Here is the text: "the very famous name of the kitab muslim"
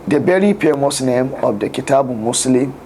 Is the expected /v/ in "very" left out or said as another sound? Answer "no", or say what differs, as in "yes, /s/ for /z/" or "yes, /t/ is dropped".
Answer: yes, /b/ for /v/